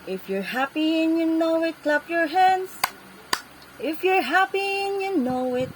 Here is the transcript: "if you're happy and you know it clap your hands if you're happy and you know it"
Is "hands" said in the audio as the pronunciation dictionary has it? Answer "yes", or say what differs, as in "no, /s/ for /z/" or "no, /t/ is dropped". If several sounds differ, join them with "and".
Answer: yes